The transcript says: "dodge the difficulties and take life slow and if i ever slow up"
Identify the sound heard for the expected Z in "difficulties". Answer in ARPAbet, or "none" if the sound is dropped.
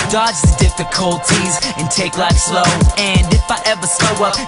Z